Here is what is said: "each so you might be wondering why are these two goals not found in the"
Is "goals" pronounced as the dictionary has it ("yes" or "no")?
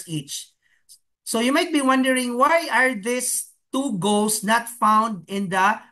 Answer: no